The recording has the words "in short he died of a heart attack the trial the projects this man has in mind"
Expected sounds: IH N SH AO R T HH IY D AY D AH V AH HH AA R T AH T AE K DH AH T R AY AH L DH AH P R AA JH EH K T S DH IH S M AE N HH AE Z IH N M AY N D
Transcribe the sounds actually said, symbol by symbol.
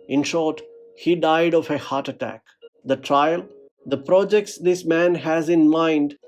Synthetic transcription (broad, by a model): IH N SH AO R T HH IY D AY D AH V AH HH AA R T AH T AE K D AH T R AY AH L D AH P R AA JH EH K T S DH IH S M AE N HH AE Z IH N M AY N D